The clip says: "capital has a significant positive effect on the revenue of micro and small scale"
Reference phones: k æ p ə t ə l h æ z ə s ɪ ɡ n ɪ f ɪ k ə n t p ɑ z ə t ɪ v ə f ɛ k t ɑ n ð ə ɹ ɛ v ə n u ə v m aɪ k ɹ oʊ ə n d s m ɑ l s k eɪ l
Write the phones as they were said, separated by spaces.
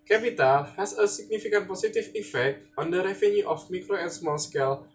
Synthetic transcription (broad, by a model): k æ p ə t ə l h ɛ s ə s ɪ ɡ n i f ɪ k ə n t p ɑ s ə t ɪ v ə f ɛ k t ɑ n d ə ɹ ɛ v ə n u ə f m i k ɹ oʊ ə n s m ɑ l s k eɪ l